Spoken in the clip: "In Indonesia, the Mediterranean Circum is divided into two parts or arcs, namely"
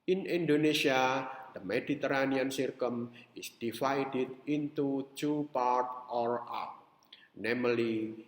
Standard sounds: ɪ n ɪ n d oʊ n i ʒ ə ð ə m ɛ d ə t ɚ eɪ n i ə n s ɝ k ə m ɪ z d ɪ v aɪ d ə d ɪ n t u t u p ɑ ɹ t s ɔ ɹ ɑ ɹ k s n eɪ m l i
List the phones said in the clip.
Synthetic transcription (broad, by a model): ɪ n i n d oʊ n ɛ s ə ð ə m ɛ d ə t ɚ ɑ n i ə n s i k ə m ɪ s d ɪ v aɪ d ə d ɪ n t u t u p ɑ ɹ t ɔ ɹ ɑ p n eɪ m l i